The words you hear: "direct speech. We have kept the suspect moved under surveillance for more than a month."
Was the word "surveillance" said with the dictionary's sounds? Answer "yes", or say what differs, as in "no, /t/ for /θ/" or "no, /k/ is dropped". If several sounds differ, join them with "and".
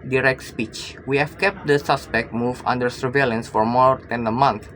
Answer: yes